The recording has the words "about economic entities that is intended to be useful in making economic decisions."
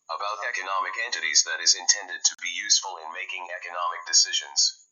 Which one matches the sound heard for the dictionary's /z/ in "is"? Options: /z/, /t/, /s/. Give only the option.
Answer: /z/